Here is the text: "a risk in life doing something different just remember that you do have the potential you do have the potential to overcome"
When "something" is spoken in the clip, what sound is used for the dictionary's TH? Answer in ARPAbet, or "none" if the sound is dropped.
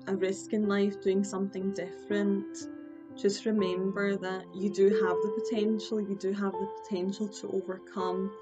TH